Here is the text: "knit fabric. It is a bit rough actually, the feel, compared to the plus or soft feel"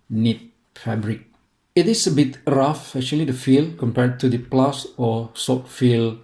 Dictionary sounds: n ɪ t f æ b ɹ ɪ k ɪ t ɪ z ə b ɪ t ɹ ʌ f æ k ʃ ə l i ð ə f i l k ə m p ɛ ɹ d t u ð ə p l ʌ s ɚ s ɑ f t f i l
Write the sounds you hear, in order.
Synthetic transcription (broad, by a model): n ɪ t f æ b ɹ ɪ k ɪ t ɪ s ə b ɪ t ɹ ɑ f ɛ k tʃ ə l i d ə f i l k ə m p ɛ ɹ d t u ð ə p l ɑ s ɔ s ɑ t f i l